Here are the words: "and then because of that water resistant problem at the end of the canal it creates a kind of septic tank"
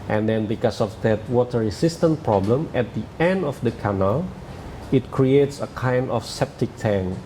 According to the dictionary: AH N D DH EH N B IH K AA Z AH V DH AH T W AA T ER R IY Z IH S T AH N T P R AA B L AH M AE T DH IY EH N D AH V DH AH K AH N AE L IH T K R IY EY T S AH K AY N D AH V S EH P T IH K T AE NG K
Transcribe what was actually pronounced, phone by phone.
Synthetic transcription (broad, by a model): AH N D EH N B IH K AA S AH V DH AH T W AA T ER R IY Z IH S T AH N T P R AA B L AH M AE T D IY EH N D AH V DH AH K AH N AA L IH T K R IY EY T S AH K AY N D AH F S EH P T IH K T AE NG